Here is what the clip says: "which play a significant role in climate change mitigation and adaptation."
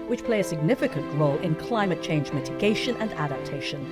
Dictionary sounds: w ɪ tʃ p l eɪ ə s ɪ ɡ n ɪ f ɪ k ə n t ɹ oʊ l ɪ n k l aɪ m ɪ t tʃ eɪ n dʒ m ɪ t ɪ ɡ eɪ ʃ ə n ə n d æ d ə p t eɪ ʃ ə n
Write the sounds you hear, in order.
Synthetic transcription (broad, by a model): w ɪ tʃ p l eɪ ə s ɪ ɡ n ɪ f ɪ k ə n t ɹ oʊ l ɪ n k l aɪ m ɪ t tʃ eɪ n dʒ m ɪ t ɪ ɡ eɪ ʃ ə n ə n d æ d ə p t eɪ ʃ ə n